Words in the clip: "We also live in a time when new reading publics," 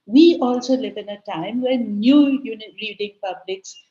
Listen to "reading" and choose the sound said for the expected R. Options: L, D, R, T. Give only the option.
L